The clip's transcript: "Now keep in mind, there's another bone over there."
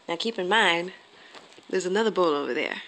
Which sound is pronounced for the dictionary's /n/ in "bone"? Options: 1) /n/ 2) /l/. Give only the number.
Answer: 2